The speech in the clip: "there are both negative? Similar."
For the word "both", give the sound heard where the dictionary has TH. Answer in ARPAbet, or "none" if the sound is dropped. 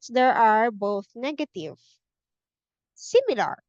TH